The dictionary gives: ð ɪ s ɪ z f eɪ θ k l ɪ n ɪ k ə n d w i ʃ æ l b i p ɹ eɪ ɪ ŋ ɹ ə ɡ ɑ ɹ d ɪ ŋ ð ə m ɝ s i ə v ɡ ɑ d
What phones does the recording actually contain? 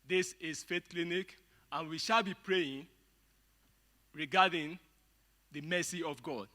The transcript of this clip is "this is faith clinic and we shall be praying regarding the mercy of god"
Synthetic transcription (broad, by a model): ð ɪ s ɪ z f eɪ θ k l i n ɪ k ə n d w i ʃ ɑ l b i p ɹ eɪ ɪ ŋ ɹ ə ɡ ɑ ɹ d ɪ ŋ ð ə m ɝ s i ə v ɡ ɑ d